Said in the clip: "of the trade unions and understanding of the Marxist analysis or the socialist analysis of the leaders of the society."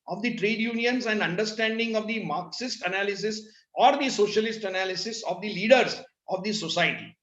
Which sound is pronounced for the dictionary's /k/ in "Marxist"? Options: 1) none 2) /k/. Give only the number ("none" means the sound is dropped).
2